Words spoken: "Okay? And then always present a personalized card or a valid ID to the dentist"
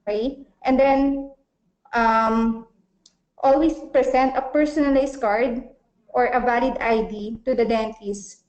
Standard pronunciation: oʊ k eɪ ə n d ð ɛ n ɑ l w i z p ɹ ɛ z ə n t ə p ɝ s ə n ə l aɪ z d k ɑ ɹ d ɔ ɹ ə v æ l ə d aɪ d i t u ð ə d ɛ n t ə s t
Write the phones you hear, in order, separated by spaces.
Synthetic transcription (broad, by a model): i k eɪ ə n d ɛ n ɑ l w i s p ɹ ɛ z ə n t ə p ɝ s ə n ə l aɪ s k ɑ ɹ d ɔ ɹ ə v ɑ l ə d aɪ d i t u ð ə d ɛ n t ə s